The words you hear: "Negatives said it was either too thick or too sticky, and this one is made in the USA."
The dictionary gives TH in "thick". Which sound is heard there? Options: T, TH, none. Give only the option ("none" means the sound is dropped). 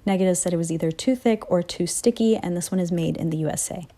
TH